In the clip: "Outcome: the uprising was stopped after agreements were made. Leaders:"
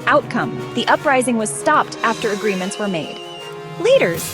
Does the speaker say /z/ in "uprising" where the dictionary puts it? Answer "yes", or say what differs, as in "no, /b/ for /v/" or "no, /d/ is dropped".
yes